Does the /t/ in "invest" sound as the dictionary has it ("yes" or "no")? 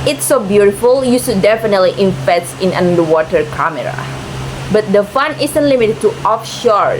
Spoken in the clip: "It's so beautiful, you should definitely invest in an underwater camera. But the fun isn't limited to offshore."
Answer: no